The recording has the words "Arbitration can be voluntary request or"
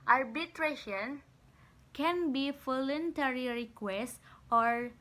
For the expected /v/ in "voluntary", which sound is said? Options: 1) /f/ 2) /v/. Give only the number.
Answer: 1